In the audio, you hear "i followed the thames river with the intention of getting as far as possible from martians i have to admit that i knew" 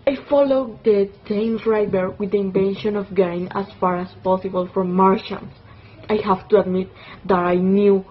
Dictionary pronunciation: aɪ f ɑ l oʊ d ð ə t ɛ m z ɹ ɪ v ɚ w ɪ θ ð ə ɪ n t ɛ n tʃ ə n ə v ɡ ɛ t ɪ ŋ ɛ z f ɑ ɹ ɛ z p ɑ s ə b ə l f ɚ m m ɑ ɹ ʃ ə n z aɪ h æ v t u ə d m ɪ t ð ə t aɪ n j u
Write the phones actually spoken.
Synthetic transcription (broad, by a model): aɪ f ɑ l oʊ d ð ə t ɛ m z ɹ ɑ b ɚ w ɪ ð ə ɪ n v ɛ n ʃ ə n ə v ɡ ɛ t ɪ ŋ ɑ s f ɑ ɹ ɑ s p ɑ s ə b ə l f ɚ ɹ m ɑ ɹ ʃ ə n s aɪ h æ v t u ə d m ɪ t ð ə t aɪ n j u